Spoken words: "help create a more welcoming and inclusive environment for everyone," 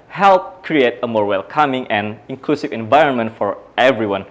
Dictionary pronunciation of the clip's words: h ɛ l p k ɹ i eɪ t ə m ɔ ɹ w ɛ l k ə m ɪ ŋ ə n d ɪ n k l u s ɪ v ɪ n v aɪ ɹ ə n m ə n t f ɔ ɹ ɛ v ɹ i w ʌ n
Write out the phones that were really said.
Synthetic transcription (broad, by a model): h ɛ l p k ɹ i eɪ t ə m ɔ ɹ w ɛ l k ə m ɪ ŋ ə n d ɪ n k l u s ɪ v ɪ n v aɪ ɹ ə n m ə n t f ɔ ɹ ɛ v ɹ i w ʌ n